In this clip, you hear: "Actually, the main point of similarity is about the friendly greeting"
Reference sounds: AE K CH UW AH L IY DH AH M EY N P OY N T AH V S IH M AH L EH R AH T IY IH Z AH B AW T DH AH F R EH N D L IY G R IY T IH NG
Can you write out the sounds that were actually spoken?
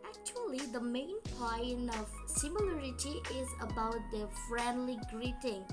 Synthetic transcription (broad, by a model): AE K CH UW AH L IY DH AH M EY N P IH N AH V S IH M AH L EH R AH T IY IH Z AH B AW T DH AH F R EH N D L IY G R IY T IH NG